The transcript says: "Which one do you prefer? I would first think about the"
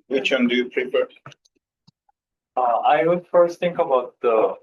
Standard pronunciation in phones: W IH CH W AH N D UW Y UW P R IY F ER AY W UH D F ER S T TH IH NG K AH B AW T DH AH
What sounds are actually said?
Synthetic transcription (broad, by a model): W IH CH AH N D UW Y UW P R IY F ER AY W UH D F ER S T T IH NG K AH B AW T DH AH